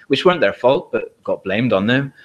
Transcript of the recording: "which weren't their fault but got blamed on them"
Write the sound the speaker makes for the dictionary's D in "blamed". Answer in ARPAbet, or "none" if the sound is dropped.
D